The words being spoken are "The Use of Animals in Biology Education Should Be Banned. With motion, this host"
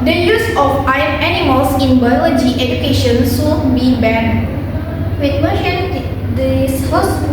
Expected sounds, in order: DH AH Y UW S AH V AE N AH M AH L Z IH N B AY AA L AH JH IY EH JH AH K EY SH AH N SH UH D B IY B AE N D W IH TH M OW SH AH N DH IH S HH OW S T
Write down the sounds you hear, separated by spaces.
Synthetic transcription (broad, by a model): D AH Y UW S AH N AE N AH M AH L S IH N B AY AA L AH JH IY EH JH AH K EY SH AH N S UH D B IY B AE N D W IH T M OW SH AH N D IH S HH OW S